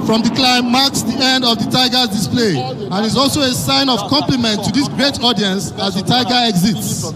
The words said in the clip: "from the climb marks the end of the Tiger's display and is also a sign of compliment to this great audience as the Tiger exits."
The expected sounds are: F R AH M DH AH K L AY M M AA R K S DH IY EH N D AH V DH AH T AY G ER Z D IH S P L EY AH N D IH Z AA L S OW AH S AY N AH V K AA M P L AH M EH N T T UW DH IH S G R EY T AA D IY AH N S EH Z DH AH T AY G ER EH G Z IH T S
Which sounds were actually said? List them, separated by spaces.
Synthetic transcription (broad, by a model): F R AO M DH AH K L AY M M AA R K S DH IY EH N D AH V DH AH T AY G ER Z D IH S P L EY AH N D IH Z AA L S OW AH S AY N AH V K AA M P L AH M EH N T T UW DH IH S G R EY T AA D IY AH N S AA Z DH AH T AY G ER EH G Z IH T S